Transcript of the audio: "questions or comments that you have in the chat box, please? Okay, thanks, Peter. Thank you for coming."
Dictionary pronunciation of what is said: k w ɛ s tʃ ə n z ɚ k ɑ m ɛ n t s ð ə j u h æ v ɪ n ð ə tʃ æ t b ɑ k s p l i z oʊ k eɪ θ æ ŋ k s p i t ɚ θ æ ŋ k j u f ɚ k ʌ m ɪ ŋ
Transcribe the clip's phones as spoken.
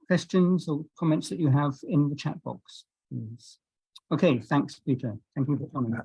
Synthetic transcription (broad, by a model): k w ɛ s tʃ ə n z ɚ k ɑ m ɛ n t s ð ə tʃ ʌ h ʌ v ɪ n ð ə tʃ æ t b ɑ k s p l i z oʊ k eɪ θ æ ŋ k s p i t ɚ θ æ ŋ k j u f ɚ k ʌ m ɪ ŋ